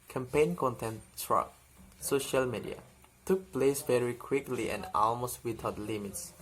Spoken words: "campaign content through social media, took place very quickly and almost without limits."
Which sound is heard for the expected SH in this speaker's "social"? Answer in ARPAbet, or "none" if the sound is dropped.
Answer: SH